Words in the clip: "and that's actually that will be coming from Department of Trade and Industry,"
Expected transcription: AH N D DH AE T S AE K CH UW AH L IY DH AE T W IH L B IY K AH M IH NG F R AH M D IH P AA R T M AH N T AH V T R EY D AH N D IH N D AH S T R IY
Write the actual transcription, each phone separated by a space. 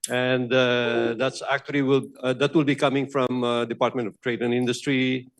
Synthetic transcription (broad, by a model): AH N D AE T S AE K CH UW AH L IY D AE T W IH L B IY K AH M IH NG F R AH M D IH P AA R T M AH N T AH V T R EY D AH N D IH N D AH S T R IY